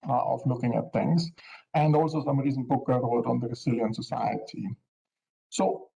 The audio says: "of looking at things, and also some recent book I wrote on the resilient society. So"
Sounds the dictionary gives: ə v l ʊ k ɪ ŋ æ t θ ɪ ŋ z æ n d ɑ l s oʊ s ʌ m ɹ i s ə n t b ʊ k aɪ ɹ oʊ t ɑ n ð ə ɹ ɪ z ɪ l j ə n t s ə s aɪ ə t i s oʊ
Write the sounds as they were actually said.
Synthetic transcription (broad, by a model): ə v l ʊ k ɪ ŋ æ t t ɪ ŋ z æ n d ɑ l s oʊ s ʌ m ɹ i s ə n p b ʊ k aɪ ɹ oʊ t ɑ n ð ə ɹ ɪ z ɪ l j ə n s ə s aɪ ə t i s oʊ